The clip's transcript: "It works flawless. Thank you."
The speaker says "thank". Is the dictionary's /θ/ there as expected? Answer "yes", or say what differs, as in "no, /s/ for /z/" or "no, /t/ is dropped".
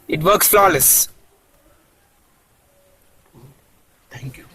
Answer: no, /t/ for /θ/